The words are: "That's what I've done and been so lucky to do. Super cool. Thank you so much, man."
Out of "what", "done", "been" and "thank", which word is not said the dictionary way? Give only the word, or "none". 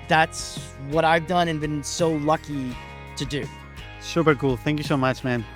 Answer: none